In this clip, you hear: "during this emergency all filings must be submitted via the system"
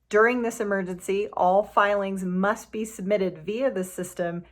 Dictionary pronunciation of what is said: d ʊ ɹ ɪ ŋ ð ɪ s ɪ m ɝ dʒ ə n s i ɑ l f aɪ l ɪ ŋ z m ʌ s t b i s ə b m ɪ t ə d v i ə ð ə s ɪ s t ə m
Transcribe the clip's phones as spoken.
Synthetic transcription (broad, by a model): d ʊ ɹ ɪ ŋ ð ɪ s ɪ m ɝ dʒ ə n s i ɑ l f aɪ l ɪ ŋ z m ʌ s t b i s ə b m ɪ t ə d v i ə ð ə s ɪ s t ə m